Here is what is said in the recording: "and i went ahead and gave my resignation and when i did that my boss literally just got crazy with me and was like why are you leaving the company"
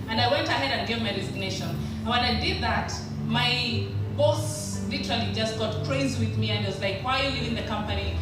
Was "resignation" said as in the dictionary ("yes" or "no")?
no